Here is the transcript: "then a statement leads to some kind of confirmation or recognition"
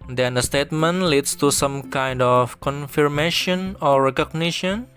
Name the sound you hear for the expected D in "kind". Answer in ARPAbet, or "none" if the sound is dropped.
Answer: D